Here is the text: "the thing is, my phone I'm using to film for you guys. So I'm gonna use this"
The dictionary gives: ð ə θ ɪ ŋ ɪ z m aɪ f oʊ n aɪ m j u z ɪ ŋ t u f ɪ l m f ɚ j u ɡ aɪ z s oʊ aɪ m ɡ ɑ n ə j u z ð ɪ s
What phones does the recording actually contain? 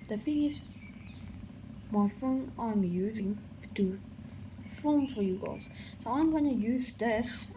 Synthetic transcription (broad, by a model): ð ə f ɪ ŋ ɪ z m aɪ f oʊ n aɪ m j u z ɪ ŋ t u f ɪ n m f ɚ j u ɡ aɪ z s oʊ aɪ m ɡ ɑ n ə j u z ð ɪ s